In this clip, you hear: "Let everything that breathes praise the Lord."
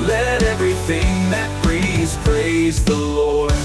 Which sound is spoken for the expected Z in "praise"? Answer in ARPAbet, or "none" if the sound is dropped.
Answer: Z